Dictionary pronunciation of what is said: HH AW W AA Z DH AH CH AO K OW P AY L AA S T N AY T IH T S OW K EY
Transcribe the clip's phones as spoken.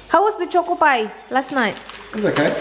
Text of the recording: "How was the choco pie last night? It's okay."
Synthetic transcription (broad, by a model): HH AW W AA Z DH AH CH AO K OW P AY L AA S T N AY IH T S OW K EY